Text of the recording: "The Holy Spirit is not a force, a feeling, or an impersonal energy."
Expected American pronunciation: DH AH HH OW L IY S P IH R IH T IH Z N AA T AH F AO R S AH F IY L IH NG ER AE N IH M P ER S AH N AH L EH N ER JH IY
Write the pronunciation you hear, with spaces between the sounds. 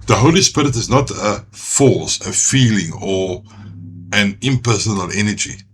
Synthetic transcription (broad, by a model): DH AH HH OW L IY S P IH R IH T IH Z N AA T AH F AO L S AH F IY L IH NG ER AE N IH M P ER S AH N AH L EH N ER JH IY